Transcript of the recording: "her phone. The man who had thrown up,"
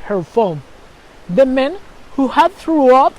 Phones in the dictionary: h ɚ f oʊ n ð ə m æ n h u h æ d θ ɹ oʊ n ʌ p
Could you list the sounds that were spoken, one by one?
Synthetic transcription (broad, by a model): h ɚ f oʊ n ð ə m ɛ n h u h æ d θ ɹ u ʌ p